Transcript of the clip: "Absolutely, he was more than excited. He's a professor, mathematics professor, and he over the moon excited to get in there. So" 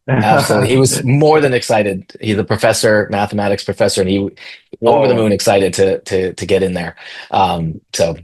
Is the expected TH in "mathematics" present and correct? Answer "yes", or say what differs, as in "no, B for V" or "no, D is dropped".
yes